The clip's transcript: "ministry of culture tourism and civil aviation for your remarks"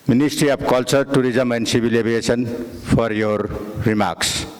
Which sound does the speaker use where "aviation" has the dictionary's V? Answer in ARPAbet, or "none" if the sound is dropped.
B